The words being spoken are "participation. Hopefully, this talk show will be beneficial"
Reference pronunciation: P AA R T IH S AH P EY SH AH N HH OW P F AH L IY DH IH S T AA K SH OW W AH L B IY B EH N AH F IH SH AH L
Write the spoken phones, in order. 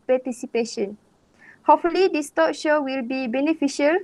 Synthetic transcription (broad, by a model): P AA T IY S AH P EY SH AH N HH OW F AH L IY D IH S T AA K SH OW W AH L B IY B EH N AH F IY SH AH L